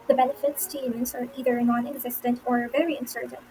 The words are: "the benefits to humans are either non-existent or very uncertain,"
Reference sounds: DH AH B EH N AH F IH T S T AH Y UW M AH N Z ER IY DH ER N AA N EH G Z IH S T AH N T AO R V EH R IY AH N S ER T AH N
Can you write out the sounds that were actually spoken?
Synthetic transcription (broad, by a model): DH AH B EH N AH F IH T S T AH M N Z ER IY DH ER N AA N EH G Z IH S T AH N T AO R V EH R IY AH N S ER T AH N